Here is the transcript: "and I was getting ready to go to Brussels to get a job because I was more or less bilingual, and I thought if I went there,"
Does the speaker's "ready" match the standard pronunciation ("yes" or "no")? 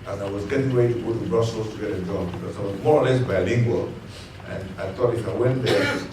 no